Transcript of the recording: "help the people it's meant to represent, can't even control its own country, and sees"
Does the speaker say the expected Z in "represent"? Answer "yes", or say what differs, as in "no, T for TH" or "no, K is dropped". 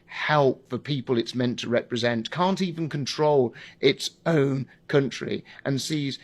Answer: yes